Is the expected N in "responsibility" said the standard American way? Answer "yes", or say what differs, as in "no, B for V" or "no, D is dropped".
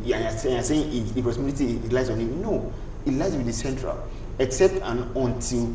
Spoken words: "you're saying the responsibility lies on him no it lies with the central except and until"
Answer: no, N is dropped